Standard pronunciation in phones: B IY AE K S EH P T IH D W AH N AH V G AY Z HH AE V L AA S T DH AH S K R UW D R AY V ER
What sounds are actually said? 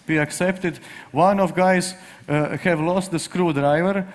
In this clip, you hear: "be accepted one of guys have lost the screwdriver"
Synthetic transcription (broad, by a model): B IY AE K S EH P T IH D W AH N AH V G AY Z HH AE V L AA S T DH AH S K R UW D R AY V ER